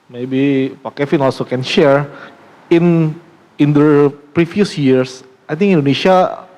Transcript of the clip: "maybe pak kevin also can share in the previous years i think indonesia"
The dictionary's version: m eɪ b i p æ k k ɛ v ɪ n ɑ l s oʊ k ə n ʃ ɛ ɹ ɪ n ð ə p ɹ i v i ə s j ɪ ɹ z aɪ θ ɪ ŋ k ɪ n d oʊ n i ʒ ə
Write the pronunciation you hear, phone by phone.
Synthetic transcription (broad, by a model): m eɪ b i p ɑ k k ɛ f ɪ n ɑ l s oʊ k ə n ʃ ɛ ɹ ɪ n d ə p ɹ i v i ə s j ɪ ɹ s aɪ t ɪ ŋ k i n d oʊ n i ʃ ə